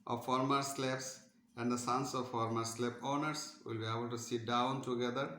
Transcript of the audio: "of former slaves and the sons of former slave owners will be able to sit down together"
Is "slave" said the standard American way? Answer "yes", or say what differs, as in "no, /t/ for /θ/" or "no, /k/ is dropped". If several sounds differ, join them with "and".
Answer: no, /p/ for /v/